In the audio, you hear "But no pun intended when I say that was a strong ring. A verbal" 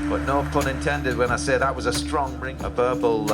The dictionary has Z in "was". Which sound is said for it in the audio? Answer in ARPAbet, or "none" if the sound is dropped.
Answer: Z